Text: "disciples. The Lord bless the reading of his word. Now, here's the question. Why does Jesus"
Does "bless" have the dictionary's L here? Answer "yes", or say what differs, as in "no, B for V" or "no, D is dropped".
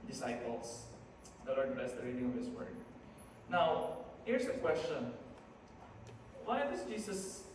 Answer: no, L is dropped